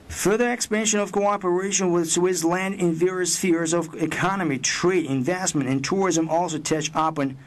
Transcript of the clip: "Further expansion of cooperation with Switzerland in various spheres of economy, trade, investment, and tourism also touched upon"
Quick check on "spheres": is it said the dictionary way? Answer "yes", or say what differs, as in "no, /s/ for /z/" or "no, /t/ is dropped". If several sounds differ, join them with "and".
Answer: yes